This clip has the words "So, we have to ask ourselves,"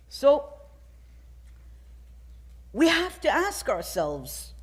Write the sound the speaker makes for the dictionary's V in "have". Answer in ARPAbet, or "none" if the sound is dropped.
F